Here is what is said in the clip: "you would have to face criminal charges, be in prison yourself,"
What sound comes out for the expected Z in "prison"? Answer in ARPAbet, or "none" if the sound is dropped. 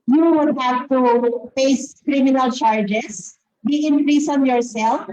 S